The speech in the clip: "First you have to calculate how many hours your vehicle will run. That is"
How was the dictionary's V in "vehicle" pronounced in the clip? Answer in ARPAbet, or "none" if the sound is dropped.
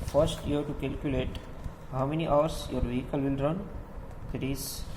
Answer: V